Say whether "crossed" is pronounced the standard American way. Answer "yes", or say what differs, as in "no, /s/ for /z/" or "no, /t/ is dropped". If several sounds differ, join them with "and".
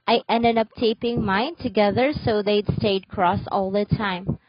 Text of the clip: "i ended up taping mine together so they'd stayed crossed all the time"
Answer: no, /t/ is dropped